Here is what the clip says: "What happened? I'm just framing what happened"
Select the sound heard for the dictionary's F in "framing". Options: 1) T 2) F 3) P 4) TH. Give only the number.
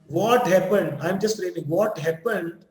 3